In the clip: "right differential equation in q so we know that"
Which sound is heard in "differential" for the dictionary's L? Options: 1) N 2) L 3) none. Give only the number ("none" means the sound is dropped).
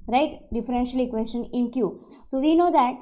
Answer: 2